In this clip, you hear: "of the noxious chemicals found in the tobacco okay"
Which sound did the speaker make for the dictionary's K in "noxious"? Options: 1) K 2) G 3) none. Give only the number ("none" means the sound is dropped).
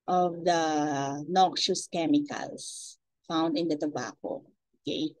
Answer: 1